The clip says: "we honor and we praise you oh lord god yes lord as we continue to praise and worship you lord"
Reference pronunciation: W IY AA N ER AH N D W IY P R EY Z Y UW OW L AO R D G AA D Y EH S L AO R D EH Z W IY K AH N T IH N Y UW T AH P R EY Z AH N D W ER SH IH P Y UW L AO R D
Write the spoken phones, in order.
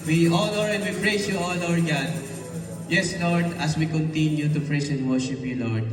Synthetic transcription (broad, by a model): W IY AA L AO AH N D W IY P R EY S Y UW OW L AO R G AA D Y EH S L AO R D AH S W IY K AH N T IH N Y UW T AH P R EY S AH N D W ER SH IH P Y UW L AO R D